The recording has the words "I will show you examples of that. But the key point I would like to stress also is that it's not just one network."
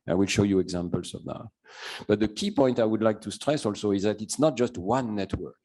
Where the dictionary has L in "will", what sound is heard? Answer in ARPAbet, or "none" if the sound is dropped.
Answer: L